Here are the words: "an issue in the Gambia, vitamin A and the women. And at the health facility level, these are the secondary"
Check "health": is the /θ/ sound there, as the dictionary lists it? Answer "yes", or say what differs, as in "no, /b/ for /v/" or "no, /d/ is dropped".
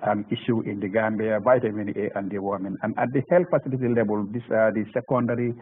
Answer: no, /t/ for /θ/